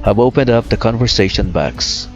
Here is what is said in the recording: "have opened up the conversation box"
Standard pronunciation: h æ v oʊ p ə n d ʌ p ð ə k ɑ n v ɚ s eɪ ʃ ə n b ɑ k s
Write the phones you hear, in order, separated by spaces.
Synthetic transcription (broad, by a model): h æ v oʊ p ə n d ʌ p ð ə k ɑ n v ɚ s eɪ ʃ ə n b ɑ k s